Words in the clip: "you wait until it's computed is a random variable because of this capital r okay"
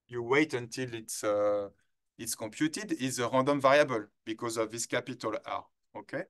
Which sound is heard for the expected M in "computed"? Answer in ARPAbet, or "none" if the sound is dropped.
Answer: none